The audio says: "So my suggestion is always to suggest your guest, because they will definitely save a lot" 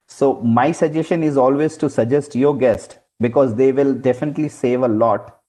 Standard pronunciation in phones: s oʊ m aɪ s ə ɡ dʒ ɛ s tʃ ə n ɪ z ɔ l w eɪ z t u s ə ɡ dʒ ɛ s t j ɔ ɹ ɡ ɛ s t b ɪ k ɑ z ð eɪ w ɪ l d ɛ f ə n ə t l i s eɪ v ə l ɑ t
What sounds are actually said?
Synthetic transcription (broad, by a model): s oʊ m aɪ s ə dʒ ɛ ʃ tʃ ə n ɪ z ɔ l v eɪ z t u s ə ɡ dʒ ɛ s t j ɔ ɹ ɡ ɛ s t b ɪ k ɑ z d eɪ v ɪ l d ɛ f ə n ə t l i s eɪ v ə l ɑ t